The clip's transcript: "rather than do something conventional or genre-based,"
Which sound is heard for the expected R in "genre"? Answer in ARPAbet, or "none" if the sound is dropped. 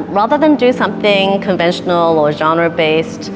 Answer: R